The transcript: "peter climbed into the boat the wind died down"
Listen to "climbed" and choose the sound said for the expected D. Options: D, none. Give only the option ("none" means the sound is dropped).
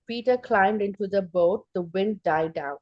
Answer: D